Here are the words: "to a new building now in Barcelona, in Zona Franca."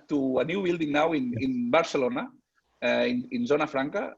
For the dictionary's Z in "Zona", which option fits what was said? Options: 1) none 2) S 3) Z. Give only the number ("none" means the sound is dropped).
3